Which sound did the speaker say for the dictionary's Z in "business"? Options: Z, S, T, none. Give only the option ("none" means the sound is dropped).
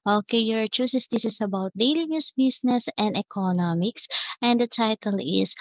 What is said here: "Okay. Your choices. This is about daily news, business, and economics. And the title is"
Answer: S